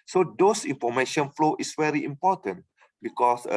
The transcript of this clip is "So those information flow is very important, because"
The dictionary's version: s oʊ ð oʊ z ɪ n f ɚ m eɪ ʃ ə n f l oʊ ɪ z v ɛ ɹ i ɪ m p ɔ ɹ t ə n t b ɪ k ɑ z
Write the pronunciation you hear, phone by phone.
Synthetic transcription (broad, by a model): s oʊ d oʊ s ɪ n f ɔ m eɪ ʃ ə n f l oʊ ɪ s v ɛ ɹ i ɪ m p ɔ t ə n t b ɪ k ɑ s